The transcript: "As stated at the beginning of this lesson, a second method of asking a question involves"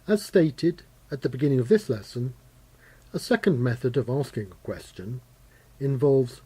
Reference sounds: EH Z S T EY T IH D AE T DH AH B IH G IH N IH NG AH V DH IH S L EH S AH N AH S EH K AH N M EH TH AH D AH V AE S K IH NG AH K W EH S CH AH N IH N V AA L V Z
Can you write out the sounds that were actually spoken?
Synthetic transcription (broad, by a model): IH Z S T EY T IH D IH T DH AH B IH G IH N IH NG AH V DH IH S L EH S AH N AH S EH K AH N M EH TH AH D AH V AE S K IH NG AH K W EH S CH AH N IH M V AA L V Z